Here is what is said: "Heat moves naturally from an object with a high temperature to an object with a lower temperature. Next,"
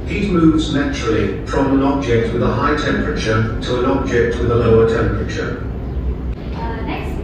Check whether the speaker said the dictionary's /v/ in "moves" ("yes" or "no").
yes